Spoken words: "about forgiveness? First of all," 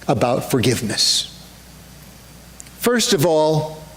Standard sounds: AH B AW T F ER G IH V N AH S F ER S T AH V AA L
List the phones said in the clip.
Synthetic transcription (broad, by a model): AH B AW T F ER G IH V N AH S F ER S T AH V AA L